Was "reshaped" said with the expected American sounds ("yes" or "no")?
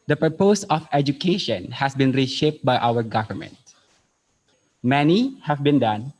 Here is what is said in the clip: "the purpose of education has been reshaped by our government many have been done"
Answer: yes